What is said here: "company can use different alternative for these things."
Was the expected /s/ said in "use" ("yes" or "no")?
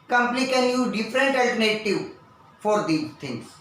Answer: no